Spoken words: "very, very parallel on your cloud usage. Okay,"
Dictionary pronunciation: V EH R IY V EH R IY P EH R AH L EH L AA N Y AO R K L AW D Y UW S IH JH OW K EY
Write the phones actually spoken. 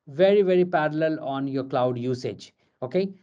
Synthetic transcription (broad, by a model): V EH R IY V EH R IY P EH R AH L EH L AA N Y AO R K L AW D Y UW S IH JH OW K EY